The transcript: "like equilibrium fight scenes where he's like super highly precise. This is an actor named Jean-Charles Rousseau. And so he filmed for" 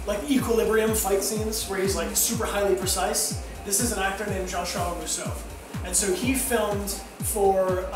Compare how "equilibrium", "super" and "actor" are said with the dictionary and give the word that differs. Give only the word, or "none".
none